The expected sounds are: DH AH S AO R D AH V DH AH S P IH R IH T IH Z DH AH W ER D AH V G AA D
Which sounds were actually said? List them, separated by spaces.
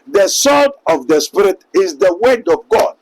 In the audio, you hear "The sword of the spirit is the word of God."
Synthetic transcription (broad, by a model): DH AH S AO L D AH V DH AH S P IH R IH T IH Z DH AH W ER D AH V G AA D